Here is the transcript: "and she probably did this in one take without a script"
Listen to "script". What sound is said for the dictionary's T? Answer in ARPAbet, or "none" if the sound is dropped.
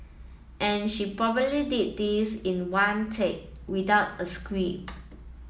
none